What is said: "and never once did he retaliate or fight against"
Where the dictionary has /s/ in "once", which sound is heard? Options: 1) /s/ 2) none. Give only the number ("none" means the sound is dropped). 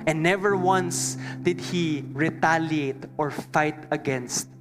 1